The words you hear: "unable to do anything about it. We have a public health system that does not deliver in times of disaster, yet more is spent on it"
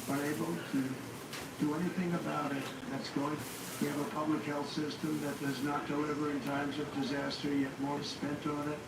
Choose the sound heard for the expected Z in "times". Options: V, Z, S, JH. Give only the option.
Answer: Z